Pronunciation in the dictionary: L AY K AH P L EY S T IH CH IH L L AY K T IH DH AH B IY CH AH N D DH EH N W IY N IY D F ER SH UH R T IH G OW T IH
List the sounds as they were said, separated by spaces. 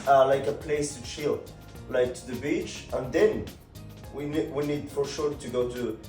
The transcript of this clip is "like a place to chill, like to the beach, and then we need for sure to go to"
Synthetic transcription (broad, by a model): L AY K AH P L EY S T IH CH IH L L AY K T IH DH AH B IY CH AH N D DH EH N W IY N IY D F ER SH UH R T IH G OW T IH